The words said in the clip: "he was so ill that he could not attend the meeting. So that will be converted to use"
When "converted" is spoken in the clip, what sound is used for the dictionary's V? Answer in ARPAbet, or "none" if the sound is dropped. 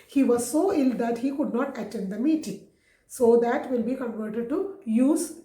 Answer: V